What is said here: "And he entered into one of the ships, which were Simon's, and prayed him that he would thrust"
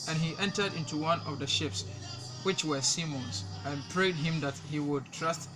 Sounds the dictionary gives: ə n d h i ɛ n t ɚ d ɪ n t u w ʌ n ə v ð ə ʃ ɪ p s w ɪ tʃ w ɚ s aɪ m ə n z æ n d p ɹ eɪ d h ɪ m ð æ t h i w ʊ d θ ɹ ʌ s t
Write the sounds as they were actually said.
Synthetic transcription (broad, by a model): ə n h i ɛ n t ɚ d ɪ n t u w ʌ n ə v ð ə ʃ ɪ p s w ɪ tʃ w ɚ s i m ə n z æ n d p ɹ eɪ d h ɪ m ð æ t h i w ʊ d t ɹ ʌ s t